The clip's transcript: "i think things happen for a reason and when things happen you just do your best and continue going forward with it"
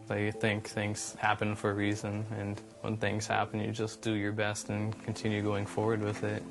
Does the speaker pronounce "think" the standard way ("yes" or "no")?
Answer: yes